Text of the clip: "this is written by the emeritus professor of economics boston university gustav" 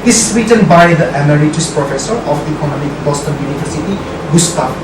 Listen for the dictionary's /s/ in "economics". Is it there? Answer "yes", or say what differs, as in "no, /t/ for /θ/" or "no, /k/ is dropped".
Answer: no, /s/ is dropped